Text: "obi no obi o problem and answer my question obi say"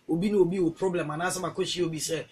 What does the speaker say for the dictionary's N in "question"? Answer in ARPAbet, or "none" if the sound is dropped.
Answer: none